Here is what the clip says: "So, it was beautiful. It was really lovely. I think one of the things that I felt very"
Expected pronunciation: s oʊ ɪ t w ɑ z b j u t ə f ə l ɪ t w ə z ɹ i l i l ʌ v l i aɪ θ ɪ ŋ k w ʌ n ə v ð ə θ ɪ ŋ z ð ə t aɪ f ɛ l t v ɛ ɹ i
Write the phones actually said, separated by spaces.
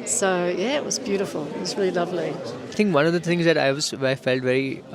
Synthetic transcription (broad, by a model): s oʊ ɪ t w ɑ z b j u t ə f ə l ɪ t w ə z ɹ i l i l ʌ v l i aɪ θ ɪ ŋ k w ʌ n ə v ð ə t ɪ ŋ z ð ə t aɪ f ɛ l t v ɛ ɹ i